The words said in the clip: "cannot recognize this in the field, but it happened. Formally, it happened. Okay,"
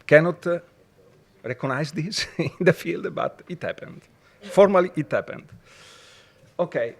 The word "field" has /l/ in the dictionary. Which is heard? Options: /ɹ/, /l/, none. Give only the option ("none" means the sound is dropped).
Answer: /l/